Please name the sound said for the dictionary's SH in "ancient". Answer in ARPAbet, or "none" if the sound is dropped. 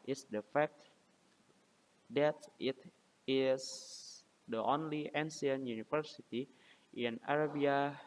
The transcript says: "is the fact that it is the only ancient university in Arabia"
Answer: S